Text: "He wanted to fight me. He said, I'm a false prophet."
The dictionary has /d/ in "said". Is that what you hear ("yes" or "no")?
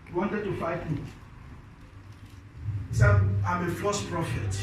no